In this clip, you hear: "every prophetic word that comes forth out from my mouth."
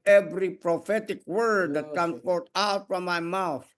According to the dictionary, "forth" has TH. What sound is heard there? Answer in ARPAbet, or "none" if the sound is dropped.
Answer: T